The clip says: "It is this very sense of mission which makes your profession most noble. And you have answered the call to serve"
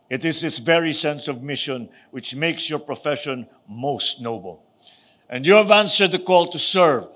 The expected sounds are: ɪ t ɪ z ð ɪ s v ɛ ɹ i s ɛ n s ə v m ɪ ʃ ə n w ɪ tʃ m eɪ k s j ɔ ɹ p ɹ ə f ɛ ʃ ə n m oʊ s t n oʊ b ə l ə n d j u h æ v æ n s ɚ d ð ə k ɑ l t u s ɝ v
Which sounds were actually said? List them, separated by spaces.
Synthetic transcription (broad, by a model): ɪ t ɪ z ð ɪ s v ɛ ɹ i s ɛ n s ə v m ɪ ʃ ə n w ɪ tʃ m eɪ k s j ɔ ɹ p ɹ ə f ɛ ʃ ə n m oʊ s t n oʊ b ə l ə n d j u h æ v æ n s ɚ d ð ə k ɑ l t u s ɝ v